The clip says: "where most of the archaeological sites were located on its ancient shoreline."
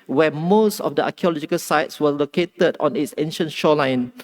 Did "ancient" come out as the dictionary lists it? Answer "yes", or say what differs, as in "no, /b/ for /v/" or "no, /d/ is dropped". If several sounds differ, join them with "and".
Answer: yes